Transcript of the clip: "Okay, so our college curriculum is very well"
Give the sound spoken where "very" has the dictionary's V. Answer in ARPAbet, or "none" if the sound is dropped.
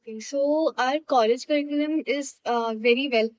V